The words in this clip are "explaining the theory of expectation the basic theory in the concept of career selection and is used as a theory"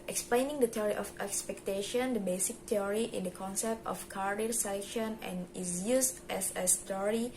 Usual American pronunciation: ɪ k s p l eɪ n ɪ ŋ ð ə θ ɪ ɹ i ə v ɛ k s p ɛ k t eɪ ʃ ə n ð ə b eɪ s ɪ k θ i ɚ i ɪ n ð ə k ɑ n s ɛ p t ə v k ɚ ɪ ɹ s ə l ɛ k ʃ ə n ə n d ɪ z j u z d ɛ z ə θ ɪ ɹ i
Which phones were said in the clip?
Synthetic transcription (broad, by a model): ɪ k s p l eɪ n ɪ ŋ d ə t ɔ ɹ i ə f ɛ k s p ɛ k t eɪ ʃ ə n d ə b eɪ s ɪ k t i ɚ i ɪ n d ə k ɑ n s ɛ p t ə f k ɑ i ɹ s ə l ɛ k ʃ ə n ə n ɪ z j u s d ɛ s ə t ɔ ɹ i